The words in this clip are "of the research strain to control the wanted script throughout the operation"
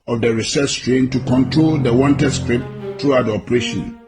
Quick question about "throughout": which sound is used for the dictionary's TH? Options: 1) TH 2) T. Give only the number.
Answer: 2